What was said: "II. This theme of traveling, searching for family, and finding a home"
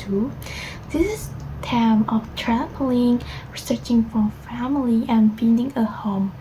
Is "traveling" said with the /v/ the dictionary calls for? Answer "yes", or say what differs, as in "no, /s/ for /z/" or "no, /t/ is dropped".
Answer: no, /p/ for /v/